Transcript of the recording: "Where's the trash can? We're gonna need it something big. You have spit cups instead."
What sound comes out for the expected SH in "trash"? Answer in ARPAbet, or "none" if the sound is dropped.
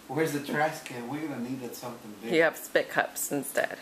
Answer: S